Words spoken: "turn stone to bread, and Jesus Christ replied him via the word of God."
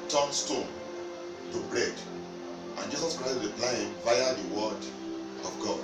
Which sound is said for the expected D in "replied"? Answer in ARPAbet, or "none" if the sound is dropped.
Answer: none